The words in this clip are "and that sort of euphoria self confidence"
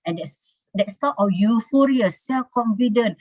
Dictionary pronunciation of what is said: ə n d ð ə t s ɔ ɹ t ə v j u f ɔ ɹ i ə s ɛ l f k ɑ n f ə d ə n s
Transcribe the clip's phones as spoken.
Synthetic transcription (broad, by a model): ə n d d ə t s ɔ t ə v j u f ɔ ɹ i ə s ɛ l f k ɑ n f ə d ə n